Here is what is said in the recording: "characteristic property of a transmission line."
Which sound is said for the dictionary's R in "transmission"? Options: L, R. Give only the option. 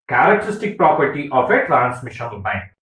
L